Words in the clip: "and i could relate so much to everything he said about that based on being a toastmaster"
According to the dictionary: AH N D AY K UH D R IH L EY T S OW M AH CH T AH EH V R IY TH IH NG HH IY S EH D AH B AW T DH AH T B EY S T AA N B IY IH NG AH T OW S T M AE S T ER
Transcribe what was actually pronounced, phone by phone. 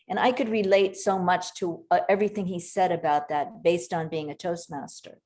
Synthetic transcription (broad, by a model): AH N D AY K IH D R IH L EY T S OW M AH CH T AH EH V R IY TH IH NG IY S EH D AH B AW T DH AH T B EY S T N B IY IH NG AH T OW S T M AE S T ER